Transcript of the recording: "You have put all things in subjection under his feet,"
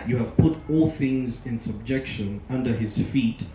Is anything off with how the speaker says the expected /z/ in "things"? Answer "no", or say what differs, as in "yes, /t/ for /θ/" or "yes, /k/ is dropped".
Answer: no